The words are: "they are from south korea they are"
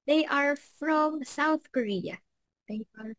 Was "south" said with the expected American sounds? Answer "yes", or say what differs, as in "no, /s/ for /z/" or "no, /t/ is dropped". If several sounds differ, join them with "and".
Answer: yes